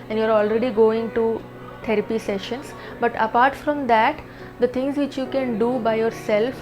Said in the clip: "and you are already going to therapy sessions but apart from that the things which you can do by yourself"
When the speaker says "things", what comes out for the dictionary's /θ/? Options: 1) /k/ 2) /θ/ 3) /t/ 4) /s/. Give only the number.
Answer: 3